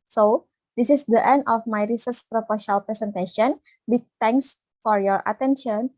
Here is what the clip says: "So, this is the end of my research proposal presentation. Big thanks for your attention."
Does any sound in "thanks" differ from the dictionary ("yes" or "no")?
yes